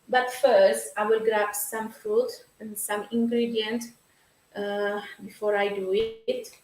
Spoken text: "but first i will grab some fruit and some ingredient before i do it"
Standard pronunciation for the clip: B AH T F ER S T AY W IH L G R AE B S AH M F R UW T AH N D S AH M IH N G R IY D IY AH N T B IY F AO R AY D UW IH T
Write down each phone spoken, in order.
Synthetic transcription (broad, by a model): B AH T F ER S T AY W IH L G R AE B S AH M F R UW T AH N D S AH M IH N G R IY D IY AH N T B IY F AO R AY D UW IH T